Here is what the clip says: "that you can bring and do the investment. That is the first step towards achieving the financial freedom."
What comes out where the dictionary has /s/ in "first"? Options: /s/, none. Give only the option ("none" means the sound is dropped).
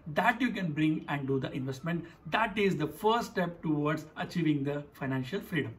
none